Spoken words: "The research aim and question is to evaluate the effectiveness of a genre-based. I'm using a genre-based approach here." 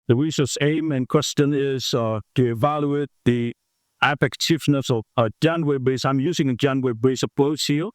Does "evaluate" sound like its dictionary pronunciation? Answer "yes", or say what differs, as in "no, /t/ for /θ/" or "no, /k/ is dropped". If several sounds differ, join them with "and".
yes